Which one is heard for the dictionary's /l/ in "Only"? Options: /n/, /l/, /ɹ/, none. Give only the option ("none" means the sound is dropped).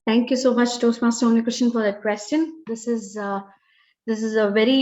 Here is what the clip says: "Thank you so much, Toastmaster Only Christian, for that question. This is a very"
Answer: none